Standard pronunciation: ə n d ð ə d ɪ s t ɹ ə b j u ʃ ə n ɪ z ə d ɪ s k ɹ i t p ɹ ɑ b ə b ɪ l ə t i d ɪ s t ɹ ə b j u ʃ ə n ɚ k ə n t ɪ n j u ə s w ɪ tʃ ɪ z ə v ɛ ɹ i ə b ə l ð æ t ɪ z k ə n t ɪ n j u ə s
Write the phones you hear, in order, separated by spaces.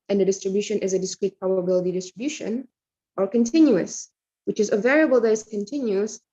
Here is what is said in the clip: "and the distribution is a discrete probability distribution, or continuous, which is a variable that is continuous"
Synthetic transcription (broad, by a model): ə n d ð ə d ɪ s t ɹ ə b j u ʃ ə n ɪ z ə d ɪ s k ɹ i t p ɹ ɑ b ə b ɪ l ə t i d ɪ s t ɹ ə b j u ʃ ə n ɚ k ə n t ɪ n j u ə s w ɪ tʃ ɪ z ə v ɛ ɹ i ə b ə l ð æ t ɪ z k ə n t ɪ n j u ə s